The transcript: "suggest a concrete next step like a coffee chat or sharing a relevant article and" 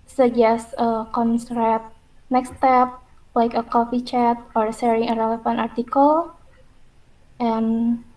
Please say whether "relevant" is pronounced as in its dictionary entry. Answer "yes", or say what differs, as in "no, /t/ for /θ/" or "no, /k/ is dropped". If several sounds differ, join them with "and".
no, /f/ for /v/